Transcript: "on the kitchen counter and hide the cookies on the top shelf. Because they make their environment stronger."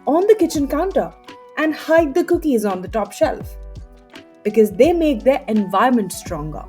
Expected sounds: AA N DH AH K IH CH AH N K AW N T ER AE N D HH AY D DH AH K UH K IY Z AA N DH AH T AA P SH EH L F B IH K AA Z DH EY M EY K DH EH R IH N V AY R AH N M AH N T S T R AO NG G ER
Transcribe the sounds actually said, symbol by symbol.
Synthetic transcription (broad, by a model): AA N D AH K IH CH AH N K AW N T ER AE N D HH AY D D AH K UH K IY Z AA N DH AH T AA P SH EH L F B IH K AA Z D EY M EY K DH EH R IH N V AY AH M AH N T S T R AO NG G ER